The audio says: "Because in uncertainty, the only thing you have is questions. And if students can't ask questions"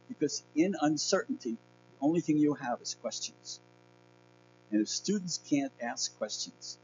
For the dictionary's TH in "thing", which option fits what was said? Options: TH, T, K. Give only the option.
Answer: TH